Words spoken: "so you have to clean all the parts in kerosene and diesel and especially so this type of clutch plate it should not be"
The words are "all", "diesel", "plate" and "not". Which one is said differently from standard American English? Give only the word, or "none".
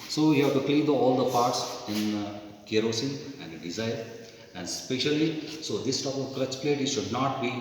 diesel